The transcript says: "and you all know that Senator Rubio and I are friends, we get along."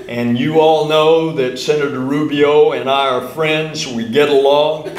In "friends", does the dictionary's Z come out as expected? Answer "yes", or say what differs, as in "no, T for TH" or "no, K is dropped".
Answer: yes